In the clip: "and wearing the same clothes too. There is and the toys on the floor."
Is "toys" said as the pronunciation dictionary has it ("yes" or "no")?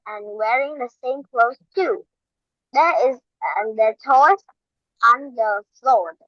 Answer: no